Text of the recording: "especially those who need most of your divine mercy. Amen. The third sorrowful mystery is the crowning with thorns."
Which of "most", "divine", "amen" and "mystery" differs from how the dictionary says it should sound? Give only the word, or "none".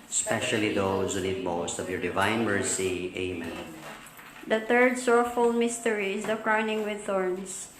none